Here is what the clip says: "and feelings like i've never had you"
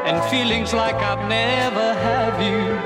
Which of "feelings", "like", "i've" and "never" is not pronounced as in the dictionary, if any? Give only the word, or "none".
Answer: none